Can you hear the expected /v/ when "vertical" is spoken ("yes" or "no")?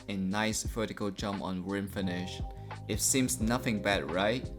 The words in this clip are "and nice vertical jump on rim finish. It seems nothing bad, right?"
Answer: no